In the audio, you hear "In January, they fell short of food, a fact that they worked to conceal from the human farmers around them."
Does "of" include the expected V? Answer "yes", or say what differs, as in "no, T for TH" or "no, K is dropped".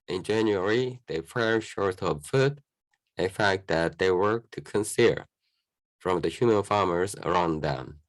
no, B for V